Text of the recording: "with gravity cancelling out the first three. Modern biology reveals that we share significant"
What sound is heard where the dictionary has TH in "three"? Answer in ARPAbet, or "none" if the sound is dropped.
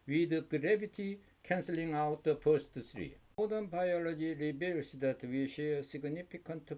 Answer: S